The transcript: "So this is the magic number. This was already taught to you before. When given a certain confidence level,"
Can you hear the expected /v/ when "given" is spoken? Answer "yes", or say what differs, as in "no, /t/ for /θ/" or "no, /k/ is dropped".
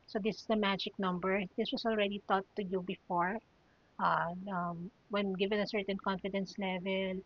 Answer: yes